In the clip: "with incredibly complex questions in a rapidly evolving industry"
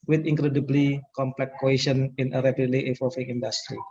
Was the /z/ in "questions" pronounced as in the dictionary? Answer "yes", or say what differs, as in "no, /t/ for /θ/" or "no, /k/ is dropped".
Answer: no, /z/ is dropped